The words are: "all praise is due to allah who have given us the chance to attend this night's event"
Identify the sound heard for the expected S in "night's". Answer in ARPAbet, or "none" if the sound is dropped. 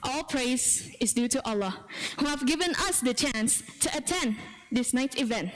none